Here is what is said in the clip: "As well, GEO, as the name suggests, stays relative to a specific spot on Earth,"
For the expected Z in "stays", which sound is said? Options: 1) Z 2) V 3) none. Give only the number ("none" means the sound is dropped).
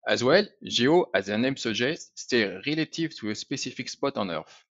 3